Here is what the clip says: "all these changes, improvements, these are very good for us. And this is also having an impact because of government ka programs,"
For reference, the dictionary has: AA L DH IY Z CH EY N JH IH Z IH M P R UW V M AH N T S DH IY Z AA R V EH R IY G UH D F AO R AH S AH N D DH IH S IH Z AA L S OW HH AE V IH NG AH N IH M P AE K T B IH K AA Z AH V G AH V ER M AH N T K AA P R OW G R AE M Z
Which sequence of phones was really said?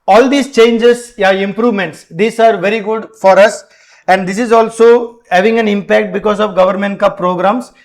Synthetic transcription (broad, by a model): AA L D IY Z CH EY N JH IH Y IH M P R UW V M AH N T S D IY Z AA R V EH R IY G UH D F AO R AH S AH N D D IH S IH Z AA L S OW HH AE V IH NG AH N IH M P AE K T B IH K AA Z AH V G AH V ER M AH N T K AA P R OW G R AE M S